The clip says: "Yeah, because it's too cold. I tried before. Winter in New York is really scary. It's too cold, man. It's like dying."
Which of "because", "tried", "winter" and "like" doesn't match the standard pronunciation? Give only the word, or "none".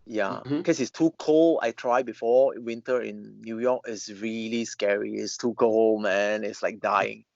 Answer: because